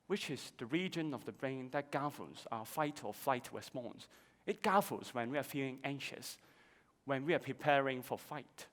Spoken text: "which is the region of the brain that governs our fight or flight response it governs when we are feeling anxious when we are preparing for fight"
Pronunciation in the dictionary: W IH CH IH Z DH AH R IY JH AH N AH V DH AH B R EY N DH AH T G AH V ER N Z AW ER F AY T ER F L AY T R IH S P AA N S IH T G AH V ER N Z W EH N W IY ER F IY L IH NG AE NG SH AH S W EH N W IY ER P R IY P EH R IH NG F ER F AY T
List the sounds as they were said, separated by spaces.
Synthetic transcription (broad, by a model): W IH CH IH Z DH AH R IY JH AH N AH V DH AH B R EY N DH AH T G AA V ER Z AW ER F AY T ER F L AY T W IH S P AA N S IH T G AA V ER L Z W EH N W IY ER F IY L IH NG AE NG SH AH S W EH N W IY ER P R IY P EH R IH NG F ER F AY T